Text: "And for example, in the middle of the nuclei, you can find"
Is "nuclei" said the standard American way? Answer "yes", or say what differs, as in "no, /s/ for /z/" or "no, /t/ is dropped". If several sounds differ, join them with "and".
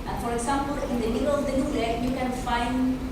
no, /k/ is dropped